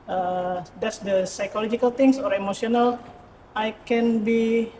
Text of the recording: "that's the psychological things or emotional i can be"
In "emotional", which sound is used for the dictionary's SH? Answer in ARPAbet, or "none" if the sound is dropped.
S